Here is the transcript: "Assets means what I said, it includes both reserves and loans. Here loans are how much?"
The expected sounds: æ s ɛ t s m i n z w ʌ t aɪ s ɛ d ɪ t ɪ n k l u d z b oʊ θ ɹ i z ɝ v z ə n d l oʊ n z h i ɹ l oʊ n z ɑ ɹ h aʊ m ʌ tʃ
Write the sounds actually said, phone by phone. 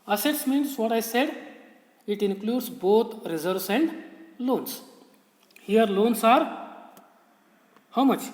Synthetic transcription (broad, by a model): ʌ s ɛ t s m i n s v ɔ t aɪ s ɛ d ɪ t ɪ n k l u d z b oʊ t ɹ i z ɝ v s ə n d l oʊ n s h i ɹ l oʊ n s ɑ ɹ h aʊ m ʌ tʃ